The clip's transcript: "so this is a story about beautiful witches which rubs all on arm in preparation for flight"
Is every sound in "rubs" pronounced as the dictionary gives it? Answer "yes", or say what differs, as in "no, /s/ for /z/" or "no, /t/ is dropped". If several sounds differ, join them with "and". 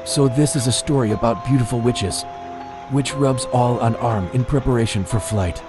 yes